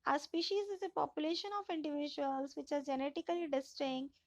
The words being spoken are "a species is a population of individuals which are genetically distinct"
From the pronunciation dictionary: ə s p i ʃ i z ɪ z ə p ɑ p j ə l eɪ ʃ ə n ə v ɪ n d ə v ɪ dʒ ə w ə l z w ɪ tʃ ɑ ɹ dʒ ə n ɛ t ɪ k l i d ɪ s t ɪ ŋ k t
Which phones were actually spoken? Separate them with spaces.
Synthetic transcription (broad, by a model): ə s p i ʃ i z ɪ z ə p ɑ p j ə l eɪ ʃ ə n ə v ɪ n d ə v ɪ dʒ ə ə l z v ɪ tʃ ɑ ɹ dʒ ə n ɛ t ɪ k l i d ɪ s t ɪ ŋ